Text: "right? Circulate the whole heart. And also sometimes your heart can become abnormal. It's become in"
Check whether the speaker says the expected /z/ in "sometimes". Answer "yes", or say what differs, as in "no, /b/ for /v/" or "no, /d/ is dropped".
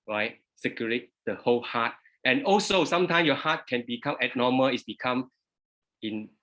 no, /z/ is dropped